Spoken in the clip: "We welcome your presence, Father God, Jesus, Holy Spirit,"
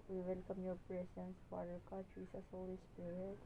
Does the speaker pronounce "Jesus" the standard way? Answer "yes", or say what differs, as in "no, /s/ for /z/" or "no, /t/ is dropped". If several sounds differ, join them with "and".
no, /s/ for /z/